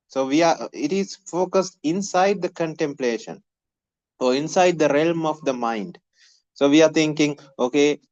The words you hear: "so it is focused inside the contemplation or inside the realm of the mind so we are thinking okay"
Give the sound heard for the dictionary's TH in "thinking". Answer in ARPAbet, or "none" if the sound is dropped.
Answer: T